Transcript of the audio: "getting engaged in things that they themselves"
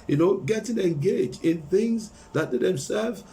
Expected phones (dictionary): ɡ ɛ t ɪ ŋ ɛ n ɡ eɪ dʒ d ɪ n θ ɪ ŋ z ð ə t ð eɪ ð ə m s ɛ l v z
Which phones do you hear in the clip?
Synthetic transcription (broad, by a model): ɡ ɛ t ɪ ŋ ɛ n ɡ eɪ dʒ d ɪ n θ ɪ ŋ z ð ə t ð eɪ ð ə m s ɛ l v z